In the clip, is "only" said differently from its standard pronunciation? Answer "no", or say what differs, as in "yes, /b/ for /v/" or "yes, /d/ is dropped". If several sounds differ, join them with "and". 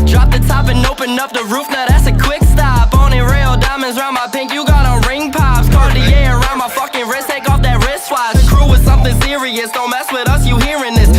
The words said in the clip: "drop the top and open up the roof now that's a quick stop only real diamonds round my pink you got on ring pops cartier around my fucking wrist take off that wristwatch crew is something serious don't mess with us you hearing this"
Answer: yes, /l/ is dropped